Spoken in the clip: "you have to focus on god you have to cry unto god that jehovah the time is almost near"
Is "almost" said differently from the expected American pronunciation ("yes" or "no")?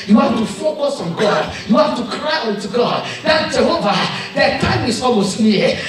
yes